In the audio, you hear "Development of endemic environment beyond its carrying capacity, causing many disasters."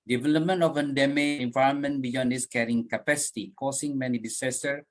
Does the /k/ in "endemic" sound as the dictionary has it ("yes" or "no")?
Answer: no